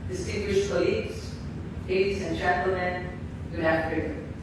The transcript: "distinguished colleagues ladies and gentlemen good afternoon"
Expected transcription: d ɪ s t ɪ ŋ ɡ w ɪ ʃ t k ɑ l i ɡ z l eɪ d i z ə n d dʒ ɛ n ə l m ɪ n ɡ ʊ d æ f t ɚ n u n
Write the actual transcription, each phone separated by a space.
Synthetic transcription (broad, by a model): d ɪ s t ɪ ŋ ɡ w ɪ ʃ k ɑ l i ɡ z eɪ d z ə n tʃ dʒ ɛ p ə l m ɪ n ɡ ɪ æ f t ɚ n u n